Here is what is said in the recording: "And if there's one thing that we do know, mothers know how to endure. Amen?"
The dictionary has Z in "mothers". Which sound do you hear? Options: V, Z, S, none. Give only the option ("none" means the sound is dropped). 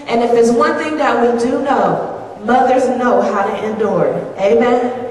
Z